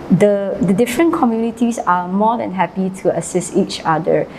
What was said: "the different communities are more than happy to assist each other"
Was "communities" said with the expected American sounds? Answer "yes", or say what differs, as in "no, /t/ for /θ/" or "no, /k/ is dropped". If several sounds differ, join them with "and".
no, /s/ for /z/